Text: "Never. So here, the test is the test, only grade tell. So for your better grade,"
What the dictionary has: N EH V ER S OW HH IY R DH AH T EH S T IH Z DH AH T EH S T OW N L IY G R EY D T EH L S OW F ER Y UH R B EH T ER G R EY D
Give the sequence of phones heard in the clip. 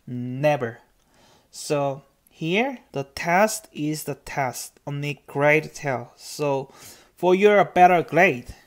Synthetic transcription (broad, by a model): N EH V ER S OW HH IY R DH AH T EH S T IH Z DH AH T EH S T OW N IY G R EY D T EH L S OW F ER Y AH R B EH T ER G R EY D